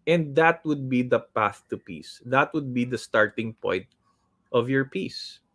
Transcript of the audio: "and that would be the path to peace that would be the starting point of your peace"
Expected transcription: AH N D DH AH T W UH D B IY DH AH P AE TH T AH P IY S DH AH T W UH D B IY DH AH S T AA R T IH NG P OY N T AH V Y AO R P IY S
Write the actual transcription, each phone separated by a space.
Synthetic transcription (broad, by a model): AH N D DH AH T W UH D B IY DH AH P AE TH T AH P IY S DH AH T W UH D B IY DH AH S T AA R T IH NG P OY N T AH V Y AO R P IY S